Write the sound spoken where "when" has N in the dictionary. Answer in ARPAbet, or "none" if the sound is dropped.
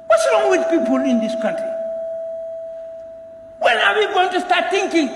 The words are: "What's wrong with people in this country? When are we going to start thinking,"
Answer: L